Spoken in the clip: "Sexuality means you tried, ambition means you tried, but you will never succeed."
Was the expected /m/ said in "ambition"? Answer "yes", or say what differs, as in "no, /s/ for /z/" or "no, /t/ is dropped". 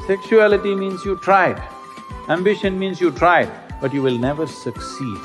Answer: yes